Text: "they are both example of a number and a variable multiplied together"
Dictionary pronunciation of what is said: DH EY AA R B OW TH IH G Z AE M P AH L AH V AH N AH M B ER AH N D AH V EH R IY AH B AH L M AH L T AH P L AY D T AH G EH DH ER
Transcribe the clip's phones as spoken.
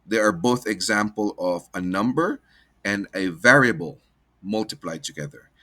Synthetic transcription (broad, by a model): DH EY AA R B OW TH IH G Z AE M P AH L AH V AH N AH M B ER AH N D AH V EH R IY AH B AH L M AH L T AH P L AY D T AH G EH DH ER